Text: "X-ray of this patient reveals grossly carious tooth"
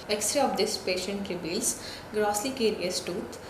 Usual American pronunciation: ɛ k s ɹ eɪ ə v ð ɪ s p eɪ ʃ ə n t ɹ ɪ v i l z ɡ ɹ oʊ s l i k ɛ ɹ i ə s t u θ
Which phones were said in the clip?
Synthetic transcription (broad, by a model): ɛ k s ɹ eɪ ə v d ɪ s p eɪ ʃ ə n t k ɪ b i l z ɡ ɹ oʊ s l i k ɛ ɹ i ə s t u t